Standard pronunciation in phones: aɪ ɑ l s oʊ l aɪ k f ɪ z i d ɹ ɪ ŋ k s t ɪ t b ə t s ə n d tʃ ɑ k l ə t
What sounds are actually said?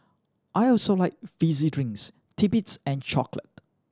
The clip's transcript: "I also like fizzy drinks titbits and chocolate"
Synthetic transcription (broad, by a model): aɪ ɑ l s oʊ l aɪ k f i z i d ɹ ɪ ŋ s t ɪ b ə t s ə n tʃ ɑ k l ə t